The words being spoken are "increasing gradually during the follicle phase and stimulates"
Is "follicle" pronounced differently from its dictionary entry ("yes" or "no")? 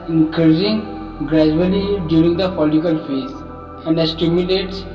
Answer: yes